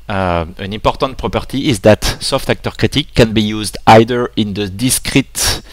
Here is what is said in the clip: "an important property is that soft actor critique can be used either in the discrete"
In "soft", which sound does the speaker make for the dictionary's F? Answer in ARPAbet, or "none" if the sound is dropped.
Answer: F